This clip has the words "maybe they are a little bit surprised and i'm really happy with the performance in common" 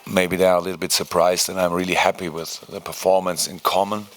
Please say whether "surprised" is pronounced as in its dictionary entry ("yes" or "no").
yes